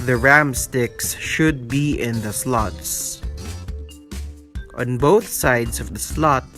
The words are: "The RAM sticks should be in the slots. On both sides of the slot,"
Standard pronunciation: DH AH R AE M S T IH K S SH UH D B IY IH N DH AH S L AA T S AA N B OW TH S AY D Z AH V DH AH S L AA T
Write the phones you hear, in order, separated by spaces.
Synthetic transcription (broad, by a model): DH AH R AE M S T IH K S SH UH D B IY IH N DH AH S L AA T S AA N B OW TH S AY D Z AH V DH AH S L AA T